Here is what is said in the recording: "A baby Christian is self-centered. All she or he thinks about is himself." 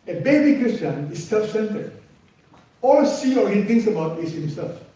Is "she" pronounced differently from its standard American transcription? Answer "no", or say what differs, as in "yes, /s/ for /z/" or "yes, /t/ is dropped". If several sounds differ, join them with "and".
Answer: yes, /s/ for /ʃ/